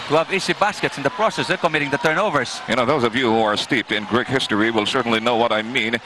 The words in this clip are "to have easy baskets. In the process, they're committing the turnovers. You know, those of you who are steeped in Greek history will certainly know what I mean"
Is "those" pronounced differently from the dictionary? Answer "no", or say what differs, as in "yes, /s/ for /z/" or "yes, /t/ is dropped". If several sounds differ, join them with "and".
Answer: no